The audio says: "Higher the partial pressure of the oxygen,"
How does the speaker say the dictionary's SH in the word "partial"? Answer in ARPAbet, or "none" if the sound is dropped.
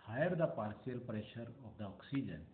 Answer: S